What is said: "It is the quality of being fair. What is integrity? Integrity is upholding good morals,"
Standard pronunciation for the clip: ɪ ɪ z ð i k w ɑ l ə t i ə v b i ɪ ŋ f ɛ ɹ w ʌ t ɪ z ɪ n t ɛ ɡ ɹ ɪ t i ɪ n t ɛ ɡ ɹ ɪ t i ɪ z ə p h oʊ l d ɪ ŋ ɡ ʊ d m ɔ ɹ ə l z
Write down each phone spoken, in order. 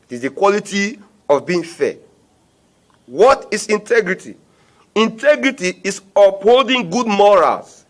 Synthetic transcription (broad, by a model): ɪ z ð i k w ɑ l ə t i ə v b i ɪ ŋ f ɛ w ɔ t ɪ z ɪ n t ɛ ɡ ɹ ɪ t i ɪ n t ɛ ɡ ɹ ɪ t i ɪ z ə p h oʊ l d ɪ ŋ ɡ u d m ɔ ɹ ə l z